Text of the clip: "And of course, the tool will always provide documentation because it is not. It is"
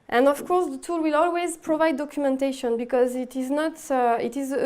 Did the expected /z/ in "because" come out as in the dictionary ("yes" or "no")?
yes